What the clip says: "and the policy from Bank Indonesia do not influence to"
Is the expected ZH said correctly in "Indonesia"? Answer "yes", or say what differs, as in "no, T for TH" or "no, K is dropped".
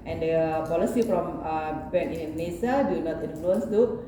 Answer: no, S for ZH